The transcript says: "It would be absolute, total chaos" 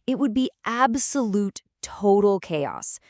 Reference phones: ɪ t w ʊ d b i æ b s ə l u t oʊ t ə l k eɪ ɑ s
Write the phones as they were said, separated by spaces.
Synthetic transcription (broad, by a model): ɪ t w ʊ d b i æ b s ə l u t oʊ t l k eɪ ɑ s